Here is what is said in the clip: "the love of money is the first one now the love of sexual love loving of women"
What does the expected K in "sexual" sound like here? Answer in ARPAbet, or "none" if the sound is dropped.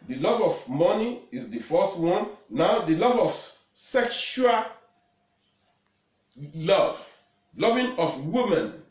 K